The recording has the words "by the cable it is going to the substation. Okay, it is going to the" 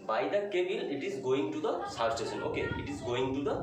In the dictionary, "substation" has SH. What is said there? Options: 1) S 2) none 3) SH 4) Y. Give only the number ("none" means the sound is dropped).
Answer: 1